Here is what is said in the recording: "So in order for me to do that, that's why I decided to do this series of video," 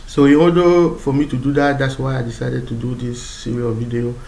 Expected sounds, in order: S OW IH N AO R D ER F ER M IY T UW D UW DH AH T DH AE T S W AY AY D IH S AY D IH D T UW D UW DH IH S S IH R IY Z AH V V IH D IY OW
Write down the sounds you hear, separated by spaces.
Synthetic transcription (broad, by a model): S OW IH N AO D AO F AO M IY T UW D UW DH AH T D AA T S W AY AY D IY S AY D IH D T UW D UW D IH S S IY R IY AH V V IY D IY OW